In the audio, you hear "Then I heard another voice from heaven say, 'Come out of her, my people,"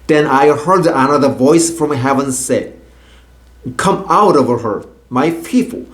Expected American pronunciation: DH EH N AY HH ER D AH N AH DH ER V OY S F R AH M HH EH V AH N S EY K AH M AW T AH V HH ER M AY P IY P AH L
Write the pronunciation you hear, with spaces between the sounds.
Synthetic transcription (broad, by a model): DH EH N AY HH ER D AH N AH DH ER V OY S F R AH M HH EH V AH N S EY K AH M AW T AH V HH ER M AY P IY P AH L